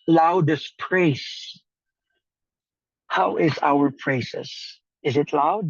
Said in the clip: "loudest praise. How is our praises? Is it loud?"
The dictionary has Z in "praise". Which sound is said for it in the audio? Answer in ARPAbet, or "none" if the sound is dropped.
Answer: S